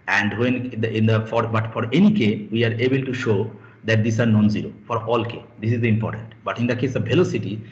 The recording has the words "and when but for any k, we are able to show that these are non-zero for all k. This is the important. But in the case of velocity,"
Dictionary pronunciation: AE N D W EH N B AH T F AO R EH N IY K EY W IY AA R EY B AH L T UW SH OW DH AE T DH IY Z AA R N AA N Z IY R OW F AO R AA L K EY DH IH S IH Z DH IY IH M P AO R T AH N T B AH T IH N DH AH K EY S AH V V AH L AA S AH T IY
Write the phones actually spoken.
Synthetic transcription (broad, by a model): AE N D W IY N B AH T F AO R EH N IY K EY W IY AA R EY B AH L T UW SH OW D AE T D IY S AA R N AA N Z IY R OW F AO R AA L K EY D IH S IH Z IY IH M P AO R T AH N T B AH T IH N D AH K EY S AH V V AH L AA S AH T IY